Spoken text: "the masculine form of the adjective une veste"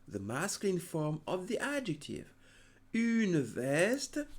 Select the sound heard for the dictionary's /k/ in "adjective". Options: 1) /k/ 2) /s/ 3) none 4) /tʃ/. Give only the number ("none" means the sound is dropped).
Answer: 1